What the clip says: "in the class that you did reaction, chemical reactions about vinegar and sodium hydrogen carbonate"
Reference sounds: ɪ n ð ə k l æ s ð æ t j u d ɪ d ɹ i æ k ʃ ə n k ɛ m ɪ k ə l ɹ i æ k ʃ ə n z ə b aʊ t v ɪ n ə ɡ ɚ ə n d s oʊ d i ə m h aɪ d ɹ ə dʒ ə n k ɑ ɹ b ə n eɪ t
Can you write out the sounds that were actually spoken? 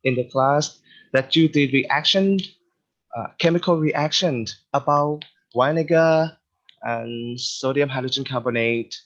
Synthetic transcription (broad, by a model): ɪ n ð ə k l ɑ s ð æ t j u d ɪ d ɹ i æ k ʃ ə n k ɛ m ɪ k ə l ɹ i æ k ʃ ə n ə b aʊ t w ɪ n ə ɡ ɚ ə n s oʊ d i ə m h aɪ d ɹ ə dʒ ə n k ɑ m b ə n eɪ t